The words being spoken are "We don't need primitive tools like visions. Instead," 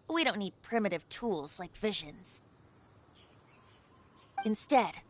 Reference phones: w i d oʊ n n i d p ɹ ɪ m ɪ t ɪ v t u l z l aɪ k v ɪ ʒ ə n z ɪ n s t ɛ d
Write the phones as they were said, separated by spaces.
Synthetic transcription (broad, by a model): w i d oʊ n n i d p ɹ ɪ m ɪ t ɪ v t u l z l aɪ k v ɪ ʒ ə n z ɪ n s t ɛ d